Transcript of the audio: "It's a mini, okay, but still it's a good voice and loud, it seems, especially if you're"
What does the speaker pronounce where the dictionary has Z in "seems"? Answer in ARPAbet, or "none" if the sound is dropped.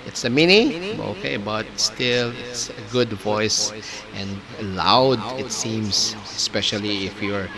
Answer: S